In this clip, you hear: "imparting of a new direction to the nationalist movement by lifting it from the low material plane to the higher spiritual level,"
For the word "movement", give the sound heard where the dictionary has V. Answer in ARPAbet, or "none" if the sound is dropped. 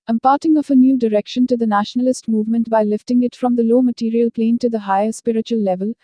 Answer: V